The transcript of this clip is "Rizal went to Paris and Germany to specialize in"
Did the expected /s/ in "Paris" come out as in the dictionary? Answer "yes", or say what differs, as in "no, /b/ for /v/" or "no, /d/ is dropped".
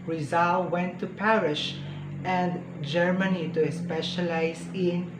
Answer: no, /ʃ/ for /s/